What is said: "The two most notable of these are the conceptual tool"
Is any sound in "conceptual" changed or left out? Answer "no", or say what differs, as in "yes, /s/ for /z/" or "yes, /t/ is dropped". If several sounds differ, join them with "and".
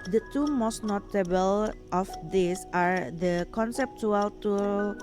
no